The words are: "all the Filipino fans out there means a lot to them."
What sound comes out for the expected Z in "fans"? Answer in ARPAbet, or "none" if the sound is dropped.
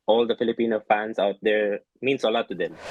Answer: S